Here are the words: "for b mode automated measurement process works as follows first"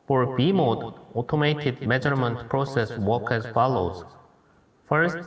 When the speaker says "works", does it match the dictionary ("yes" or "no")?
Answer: no